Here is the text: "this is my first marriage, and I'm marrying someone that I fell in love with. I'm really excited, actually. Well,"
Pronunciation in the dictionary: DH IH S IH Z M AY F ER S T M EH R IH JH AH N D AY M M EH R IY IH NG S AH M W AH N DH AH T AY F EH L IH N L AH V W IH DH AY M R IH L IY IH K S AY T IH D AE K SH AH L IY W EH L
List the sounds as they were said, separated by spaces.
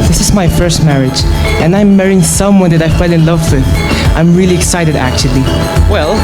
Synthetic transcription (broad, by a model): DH IH S IH Z M AY F ER S T M EH R IH JH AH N AY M M EH R IY IH NG S AH M W AH N DH AH T AY F EH L IH N L AH V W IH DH AY M R IH L IY IH K S AY T IH D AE K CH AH L IY W EH L